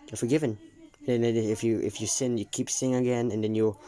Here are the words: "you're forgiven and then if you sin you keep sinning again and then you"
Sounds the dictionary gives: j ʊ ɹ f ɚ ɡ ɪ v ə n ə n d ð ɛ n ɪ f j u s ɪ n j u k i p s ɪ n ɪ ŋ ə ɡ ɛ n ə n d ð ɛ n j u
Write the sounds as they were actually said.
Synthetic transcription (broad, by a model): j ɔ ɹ f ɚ ɡ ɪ v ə n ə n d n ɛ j ɪ f j u s ɪ n j u k i p s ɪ ɪ ŋ ə ɡ ɛ n ə n d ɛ n j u